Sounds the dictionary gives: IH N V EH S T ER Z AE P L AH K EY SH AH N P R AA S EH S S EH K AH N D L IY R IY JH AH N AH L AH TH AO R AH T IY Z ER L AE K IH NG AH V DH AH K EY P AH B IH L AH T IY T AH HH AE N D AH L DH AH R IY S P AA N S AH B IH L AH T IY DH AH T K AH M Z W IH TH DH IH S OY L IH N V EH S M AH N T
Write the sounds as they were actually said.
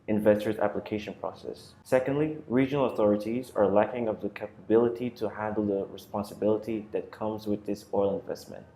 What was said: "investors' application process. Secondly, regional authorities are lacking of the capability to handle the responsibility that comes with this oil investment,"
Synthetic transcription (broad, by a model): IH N V EH S T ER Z AE P L AH K EY SH AH N P R AA S EH S S EH K AH N D L IY R IY JH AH N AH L AH TH AO R AH T IY Z ER L AE K IH NG AH V DH AH K EY P AH B IH L AH T IY T AH HH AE N D L DH AH R IY S P AA N S AH B IH L AH T IY DH AH T K AH M Z W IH DH IH S OY L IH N V EH S M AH N T